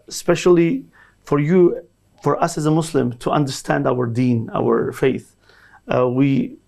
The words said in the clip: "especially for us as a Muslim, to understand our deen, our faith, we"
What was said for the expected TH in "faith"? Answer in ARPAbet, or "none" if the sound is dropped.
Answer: TH